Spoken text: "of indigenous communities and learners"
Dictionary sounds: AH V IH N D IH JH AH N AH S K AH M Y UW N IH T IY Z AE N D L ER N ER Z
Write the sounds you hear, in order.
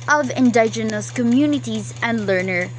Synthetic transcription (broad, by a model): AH V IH N D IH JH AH N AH S K AH M Y UW N IH T IY Z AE N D L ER N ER